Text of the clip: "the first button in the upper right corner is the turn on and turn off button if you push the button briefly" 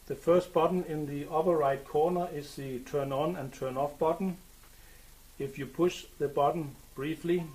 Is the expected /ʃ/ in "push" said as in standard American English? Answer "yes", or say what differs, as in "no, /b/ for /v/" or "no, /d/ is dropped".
yes